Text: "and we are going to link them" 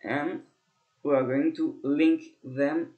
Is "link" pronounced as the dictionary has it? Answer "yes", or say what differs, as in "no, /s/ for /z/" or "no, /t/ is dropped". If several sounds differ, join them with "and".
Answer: yes